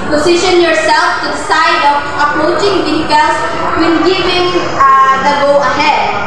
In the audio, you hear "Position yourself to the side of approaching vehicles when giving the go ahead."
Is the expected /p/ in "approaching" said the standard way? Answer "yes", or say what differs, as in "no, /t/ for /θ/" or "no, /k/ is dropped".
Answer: yes